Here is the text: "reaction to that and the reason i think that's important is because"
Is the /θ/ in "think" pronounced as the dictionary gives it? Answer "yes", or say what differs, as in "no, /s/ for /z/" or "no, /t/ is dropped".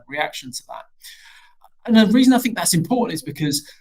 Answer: yes